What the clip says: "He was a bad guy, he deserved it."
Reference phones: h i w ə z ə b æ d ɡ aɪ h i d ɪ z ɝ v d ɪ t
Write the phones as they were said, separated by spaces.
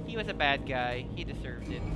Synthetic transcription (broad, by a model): h i w ə z ə b æ d ɡ aɪ h i d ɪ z ɝ v d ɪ t